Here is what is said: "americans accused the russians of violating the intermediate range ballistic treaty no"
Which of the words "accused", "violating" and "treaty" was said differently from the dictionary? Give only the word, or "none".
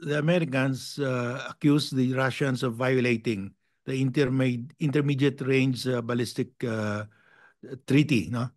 accused